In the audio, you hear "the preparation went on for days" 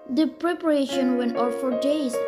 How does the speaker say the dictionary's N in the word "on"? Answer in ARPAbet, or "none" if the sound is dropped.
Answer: L